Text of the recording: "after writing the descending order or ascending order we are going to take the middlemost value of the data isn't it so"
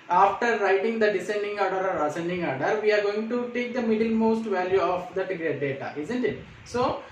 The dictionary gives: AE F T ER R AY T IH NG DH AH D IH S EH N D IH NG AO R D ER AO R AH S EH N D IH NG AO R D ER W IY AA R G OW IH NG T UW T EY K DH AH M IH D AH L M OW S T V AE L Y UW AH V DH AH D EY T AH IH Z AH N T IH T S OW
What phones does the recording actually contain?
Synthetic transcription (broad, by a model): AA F T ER R AY T IH NG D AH D IH S EH N D IH NG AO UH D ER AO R AH S EH N D IH NG AO R D ER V IY AA R G OW IH NG T UW T EY K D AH M IH D AH L M OW S T V AE L Y UW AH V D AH D EY T AH IH Z AH N T IH T S OW